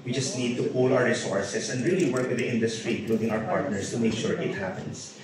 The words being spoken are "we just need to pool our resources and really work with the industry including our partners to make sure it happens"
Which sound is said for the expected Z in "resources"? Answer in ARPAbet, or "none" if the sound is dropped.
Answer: S